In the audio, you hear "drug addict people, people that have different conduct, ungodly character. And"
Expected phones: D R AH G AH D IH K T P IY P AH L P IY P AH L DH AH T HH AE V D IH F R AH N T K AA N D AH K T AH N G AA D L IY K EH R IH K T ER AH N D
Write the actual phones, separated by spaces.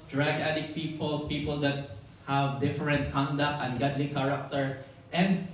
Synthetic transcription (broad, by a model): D R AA G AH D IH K P IY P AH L P IY P AH L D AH T HH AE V D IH F R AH N T K AA N D AH K T AH N G AA D L IY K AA R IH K T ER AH N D